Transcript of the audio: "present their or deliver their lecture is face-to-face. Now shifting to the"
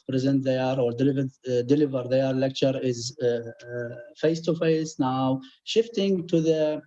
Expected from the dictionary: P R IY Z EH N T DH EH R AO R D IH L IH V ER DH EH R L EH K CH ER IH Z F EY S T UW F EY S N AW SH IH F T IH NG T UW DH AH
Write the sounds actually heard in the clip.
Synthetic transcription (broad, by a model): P R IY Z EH N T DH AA R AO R D IH L IH V ER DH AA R L EH K CH ER IH Z F EY S T UW F EY S N AW SH IH F T IH NG T UW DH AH